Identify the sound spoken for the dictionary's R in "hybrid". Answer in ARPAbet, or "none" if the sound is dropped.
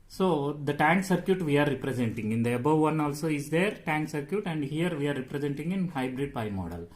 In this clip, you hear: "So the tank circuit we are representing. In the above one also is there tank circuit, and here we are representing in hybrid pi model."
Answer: R